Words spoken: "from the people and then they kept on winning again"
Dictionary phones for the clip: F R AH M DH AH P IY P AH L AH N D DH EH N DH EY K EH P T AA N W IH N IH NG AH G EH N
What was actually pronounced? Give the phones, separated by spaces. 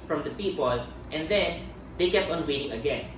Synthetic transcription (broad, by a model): F R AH M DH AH P IY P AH L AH N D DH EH N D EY K EH P T AA N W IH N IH NG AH G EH N